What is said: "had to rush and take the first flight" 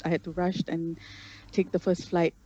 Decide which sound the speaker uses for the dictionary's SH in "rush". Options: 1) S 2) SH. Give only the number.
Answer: 2